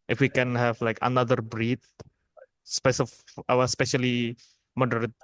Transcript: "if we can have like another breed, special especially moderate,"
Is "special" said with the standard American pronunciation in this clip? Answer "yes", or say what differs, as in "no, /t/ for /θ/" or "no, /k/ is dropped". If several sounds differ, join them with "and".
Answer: no, /w/ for /l/